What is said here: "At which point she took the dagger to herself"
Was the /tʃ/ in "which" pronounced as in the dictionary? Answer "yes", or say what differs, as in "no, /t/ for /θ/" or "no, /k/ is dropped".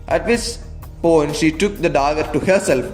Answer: no, /s/ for /tʃ/